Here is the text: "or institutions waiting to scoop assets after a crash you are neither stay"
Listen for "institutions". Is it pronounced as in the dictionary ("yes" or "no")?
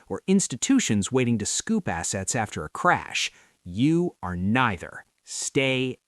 yes